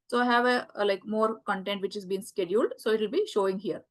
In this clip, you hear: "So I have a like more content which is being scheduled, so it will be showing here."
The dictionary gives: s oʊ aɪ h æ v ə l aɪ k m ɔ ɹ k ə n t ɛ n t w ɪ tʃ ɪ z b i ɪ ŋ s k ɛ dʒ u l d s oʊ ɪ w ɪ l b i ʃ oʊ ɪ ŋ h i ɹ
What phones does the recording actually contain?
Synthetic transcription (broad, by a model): s oʊ aɪ h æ v ə l aɪ k m ɔ ɹ k ə n t ɛ n t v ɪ tʃ ɪ z b i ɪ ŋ s k ɛ dʒ u l d s oʊ ɪ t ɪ l b i ʃ oʊ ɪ ŋ h i ɹ